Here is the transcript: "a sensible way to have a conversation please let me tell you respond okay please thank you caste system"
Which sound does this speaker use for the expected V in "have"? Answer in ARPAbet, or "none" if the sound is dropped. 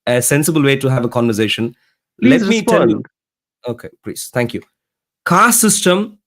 V